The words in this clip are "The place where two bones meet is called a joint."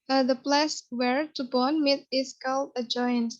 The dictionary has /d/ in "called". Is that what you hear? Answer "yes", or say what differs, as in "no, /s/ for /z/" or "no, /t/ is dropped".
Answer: no, /d/ is dropped